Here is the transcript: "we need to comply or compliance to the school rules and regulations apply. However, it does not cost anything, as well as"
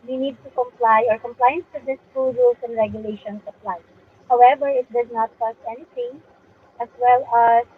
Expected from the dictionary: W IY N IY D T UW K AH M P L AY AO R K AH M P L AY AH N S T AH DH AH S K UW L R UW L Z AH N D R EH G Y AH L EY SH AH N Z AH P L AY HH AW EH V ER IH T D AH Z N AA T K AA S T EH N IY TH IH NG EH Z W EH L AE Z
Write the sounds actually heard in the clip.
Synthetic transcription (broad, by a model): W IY N IY D T UW K AH M P L AY AO R K AH M P L AY AH N S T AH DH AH S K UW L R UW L S AH N D R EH G Y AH L EY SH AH N S AH P L AY HH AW EH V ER IH T D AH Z N AA T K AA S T EH N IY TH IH NG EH S W EH L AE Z